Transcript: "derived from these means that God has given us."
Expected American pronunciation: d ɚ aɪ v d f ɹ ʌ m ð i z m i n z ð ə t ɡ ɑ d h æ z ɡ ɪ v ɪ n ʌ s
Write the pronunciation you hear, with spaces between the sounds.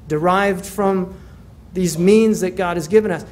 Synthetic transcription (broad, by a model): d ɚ aɪ v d f ɹ ʌ m ð i z m i n z ð ə t ɡ ɑ d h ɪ z ɡ ɪ v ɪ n ʌ s